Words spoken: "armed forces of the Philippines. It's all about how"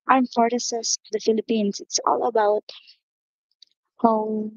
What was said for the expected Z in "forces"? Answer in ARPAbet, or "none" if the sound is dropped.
S